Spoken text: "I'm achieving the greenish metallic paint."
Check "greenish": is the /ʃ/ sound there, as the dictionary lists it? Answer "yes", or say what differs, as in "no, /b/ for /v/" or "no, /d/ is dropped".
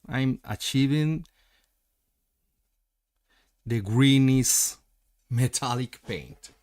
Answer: no, /s/ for /ʃ/